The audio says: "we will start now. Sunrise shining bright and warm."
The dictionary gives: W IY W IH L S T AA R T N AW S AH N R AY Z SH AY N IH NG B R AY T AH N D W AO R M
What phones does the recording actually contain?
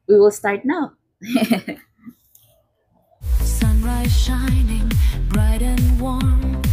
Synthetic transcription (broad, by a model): W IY W IH L S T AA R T N AW S AH N R AY Z SH AY N IH NG B R AY T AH N W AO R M